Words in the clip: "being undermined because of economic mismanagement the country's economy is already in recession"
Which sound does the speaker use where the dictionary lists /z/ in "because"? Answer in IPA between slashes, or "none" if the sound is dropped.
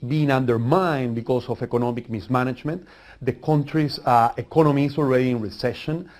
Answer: /s/